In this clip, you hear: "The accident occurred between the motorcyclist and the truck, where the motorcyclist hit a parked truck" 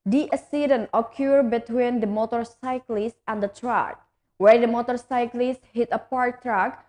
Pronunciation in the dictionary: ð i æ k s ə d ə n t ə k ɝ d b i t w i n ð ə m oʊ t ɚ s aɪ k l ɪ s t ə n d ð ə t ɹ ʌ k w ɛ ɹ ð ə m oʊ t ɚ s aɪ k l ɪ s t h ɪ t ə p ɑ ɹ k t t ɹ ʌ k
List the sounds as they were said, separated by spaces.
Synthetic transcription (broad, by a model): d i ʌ s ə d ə n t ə k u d b i t w i n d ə m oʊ t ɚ s aɪ k l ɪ s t ə n d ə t ɹ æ k w ɛ ɹ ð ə m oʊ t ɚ s aɪ k l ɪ s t h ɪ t ə p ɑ ɹ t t ɹ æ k